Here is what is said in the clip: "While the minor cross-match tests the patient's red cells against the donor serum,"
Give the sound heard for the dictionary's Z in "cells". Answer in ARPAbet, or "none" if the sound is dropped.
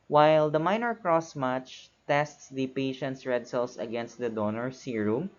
S